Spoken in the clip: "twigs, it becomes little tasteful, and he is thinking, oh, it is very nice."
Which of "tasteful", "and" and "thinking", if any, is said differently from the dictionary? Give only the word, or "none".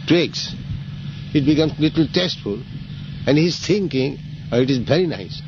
thinking